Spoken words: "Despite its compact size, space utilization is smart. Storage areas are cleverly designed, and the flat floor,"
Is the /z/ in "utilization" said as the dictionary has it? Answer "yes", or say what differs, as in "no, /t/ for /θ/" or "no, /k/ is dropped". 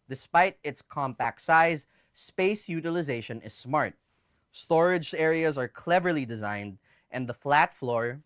yes